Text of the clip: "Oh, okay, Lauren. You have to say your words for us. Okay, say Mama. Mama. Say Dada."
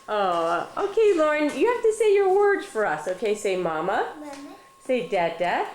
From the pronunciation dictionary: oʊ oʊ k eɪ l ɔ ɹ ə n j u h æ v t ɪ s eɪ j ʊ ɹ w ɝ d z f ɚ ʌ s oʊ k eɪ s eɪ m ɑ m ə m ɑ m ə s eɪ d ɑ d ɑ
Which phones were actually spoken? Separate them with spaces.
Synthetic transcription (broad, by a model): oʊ oʊ k eɪ l ɔ ɹ ə n j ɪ h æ f t ɪ s eɪ j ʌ ɹ w ɝ d z f ɚ ʌ s oʊ k eɪ s eɪ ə m ɑ m ə s eɪ d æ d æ